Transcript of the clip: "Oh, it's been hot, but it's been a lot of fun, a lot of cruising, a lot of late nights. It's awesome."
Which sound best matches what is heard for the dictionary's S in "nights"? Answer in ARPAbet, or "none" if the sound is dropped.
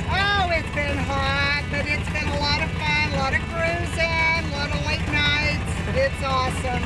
S